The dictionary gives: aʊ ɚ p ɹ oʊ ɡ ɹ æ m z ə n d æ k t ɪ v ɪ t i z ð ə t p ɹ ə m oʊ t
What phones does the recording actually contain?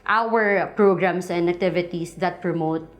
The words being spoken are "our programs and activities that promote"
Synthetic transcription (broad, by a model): aʊ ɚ p ɹ oʊ ɡ ɹ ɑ m s ə n d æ k t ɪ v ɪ t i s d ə t p ɹ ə m oʊ t